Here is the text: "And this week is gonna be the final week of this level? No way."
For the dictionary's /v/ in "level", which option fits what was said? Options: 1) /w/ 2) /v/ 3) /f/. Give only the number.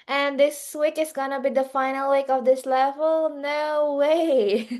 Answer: 2